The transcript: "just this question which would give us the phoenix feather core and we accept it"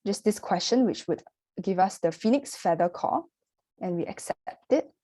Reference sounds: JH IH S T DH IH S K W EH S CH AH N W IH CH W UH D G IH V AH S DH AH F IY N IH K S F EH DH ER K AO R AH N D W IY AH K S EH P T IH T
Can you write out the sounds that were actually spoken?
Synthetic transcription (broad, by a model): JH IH S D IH S K W EH S CH AH N W IH CH W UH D G IH V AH S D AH F IY N IH K S F EH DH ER K AO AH N W IY AH K S EH P T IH T